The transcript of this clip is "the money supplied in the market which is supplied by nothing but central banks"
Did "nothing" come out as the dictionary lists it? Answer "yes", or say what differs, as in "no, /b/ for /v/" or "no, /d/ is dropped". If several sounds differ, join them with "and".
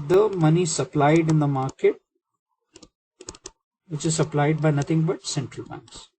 no, /t/ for /θ/